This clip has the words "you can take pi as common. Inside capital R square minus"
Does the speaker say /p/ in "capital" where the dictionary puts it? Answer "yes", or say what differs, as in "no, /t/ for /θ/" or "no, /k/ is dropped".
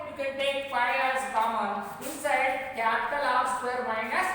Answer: no, /p/ is dropped